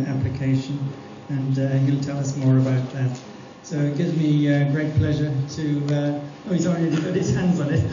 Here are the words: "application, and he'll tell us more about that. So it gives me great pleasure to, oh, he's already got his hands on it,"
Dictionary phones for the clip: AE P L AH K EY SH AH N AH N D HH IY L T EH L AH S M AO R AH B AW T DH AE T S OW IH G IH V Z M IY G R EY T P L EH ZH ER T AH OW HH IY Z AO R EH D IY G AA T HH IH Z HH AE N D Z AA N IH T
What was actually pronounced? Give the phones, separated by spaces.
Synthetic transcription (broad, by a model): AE P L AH K EY SH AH N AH N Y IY L T EH L AH S M AO R AH B AW T DH AE T S OW IH G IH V M IY G R EY T P L EH ZH ER T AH OW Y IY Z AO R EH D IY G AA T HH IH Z HH AE N D Z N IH T